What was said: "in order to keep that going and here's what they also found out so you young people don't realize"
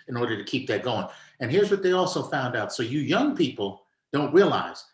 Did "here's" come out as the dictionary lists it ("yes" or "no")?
yes